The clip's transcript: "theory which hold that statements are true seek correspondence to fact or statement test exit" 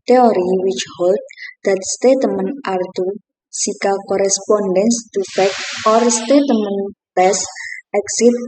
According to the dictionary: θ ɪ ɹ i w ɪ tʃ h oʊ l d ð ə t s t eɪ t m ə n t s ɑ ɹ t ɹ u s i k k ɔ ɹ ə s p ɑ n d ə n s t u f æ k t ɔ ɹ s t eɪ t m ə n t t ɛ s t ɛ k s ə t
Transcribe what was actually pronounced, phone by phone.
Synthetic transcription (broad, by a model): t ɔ ɹ i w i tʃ h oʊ l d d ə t s t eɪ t m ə n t ɑ ɹ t u s i k k ɔ ɹ ə s p ɑ n d ə n s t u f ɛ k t ɔ ɹ s t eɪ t m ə n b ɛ s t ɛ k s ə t